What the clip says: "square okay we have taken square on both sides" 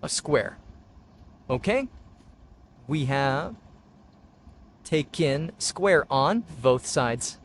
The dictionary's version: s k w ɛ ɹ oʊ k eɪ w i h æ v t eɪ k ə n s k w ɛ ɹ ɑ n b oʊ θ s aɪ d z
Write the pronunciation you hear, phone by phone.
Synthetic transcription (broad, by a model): s k w ɛ ɹ oʊ k eɪ w i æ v t eɪ k ə n s k w ɛ ɹ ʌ n b oʊ θ s aɪ d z